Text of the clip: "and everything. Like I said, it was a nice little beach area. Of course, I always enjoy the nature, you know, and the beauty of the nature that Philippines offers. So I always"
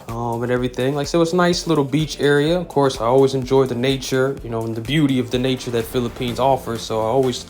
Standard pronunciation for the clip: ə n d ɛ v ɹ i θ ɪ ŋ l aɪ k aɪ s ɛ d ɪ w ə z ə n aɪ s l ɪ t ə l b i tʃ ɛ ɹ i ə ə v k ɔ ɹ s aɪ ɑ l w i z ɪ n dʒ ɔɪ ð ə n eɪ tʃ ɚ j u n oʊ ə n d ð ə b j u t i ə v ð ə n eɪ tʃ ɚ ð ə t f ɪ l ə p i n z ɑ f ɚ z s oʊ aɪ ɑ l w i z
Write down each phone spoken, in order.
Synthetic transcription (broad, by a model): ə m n ɛ v ɹ i θ ɪ ŋ l aɪ k s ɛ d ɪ w ə z ə n aɪ s l ɪ t l b i tʃ ɛ ɹ i ə ə v k ɔ ɹ s aɪ ɑ l w i z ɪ n dʒ ɔɪ ð ə n eɪ tʃ ɚ j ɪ n oʊ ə n ð ə b j u t i ə v ð ə n eɪ tʃ ɚ ð ə t f ɪ l ə p i n z ɑ f ɚ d s oʊ aɪ ɑ l w i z